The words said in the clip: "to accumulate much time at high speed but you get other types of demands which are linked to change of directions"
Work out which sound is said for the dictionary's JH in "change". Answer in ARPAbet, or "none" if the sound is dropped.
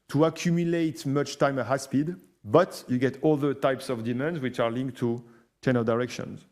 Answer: none